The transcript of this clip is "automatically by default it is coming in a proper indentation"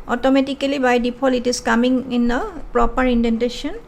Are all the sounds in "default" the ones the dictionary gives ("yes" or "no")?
no